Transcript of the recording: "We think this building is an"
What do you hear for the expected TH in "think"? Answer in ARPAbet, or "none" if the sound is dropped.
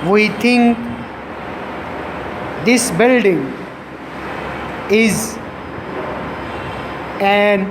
T